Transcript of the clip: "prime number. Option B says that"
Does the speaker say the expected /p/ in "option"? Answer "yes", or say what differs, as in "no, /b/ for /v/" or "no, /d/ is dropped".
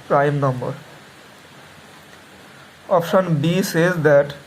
yes